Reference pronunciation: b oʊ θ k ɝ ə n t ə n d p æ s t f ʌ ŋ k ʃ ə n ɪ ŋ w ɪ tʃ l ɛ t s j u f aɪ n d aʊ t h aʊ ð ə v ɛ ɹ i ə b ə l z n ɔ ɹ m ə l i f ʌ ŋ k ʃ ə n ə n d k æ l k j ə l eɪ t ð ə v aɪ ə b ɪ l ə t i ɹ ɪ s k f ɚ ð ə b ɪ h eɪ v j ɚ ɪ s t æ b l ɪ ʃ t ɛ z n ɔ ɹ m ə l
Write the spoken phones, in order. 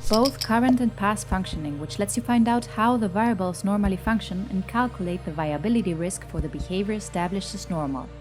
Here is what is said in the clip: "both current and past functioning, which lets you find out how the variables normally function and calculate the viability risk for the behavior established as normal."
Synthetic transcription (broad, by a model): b oʊ θ k ɝ ə n t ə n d p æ s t f ʌ ŋ k ʃ ə n ɪ ŋ w ɪ tʃ l ɛ t s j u f aɪ n d aʊ t h aʊ ð ə v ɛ i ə b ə l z n ɔ ɹ m ə l i f ʌ ŋ k ʃ ə n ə n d k æ l k j ə l eɪ t ð ə v aɪ ə b ɪ l ə t i ɹ ɪ s k f ɚ ð ə b ɪ h eɪ v j ɚ s t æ b l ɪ ʃ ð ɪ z n ɔ ɹ m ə l